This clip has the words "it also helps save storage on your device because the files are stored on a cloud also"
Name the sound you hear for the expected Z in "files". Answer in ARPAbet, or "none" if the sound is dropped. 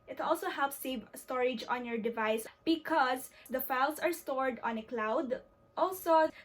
S